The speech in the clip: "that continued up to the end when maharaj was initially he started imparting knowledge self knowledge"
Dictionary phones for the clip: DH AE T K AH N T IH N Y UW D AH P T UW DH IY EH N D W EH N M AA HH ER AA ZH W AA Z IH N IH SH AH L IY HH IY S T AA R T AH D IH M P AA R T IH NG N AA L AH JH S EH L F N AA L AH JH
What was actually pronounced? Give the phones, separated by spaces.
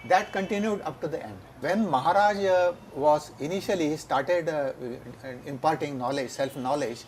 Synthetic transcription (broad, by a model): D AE T K AH N T IH N Y UW D AH P T UW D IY EH N D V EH N M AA HH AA AA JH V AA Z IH N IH SH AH L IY IY S T AA R T AH D IH M P AA R T IH NG N AA L AH JH S EH L F N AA L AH JH